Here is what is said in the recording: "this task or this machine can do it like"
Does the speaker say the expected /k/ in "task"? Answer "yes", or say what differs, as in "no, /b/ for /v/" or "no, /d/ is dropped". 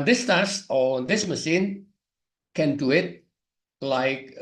no, /k/ is dropped